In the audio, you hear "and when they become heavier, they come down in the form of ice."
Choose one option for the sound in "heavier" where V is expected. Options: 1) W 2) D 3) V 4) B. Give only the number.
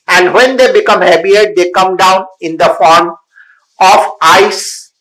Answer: 4